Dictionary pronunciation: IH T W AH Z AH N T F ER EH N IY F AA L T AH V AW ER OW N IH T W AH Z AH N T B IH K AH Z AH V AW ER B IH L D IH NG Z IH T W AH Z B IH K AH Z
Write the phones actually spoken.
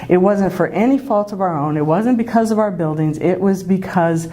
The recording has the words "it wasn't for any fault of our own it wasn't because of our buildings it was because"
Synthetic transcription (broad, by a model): IH T W AH Z AH N T F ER EH N IY F AA L T AH V AW ER OW N IH T W AH Z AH N B IH K AH Z AH V AW ER B IH L D IH NG Z IH T W AH Z B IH K AH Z